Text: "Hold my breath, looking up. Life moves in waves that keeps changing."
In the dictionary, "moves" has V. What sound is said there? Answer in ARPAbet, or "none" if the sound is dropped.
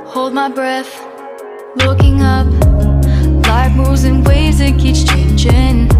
none